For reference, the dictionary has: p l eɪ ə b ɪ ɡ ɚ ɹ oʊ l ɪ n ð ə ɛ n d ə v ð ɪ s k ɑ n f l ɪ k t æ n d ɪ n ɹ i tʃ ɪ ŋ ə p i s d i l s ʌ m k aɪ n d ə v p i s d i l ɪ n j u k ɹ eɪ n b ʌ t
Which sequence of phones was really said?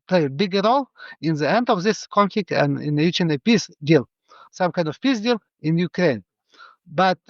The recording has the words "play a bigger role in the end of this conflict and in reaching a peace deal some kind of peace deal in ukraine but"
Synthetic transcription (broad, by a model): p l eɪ b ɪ ɡ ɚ ɹ oʊ l ɪ n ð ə ɛ n d ə v ð ɪ s k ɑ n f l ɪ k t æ n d ɪ n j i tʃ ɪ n ə p i s d i l s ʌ m k aɪ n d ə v p i s d i l ɪ n j u k ɹ eɪ n b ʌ t